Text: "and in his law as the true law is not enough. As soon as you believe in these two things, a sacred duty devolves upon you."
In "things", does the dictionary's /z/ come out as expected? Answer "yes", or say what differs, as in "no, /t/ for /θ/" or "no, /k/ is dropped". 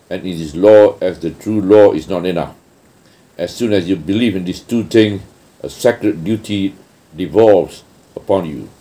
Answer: no, /z/ is dropped